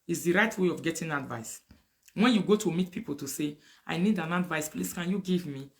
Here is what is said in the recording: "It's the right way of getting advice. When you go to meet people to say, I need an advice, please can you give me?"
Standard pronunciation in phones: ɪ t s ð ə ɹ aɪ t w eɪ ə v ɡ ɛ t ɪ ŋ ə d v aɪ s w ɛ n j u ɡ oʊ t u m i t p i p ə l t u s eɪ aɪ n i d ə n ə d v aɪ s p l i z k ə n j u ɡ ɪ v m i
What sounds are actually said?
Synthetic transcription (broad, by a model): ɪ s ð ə ɹ aɪ t w eɪ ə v ɡ ɛ t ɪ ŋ ə d v aɪ s w ɛ n j u ɡ oʊ t u m i t p i p ə l t u s eɪ aɪ n i d ə n ə d v aɪ s p l i s k ə n j u ɡ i v m i